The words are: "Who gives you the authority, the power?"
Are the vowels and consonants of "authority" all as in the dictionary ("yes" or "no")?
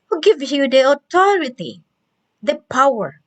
no